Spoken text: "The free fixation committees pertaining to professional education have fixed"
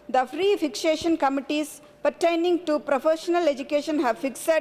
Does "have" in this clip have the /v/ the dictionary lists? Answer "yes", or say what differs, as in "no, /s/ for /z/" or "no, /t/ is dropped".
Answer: yes